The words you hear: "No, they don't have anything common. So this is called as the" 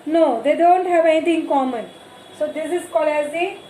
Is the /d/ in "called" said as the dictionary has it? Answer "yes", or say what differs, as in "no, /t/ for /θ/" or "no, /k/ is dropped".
no, /d/ is dropped